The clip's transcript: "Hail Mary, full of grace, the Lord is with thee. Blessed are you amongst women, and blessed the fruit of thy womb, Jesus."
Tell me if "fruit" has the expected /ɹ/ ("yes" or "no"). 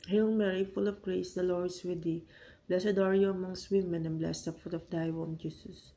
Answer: no